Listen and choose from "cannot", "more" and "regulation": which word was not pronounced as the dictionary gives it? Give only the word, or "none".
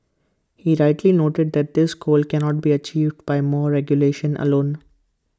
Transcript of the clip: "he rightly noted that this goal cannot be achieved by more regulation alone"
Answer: none